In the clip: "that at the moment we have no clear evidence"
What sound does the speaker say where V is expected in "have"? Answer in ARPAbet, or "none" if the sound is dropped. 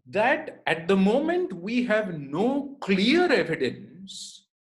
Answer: V